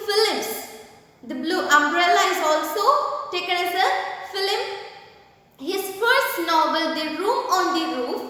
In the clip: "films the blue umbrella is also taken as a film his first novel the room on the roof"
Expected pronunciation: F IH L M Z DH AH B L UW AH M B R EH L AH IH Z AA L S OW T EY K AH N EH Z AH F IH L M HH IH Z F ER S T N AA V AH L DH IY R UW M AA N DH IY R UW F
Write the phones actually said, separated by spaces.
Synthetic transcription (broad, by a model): F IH L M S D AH B L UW AH M B R EH L AH IH Z AA L S OW T EY K AH N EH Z AH F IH L M HH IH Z F ER S T N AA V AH L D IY R UW M AA N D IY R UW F